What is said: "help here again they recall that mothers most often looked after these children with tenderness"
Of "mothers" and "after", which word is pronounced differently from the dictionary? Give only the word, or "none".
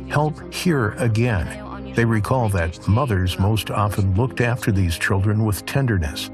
none